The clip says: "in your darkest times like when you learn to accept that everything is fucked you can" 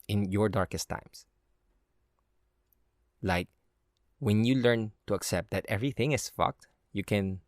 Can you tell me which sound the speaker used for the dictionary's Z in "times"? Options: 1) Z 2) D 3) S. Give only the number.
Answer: 3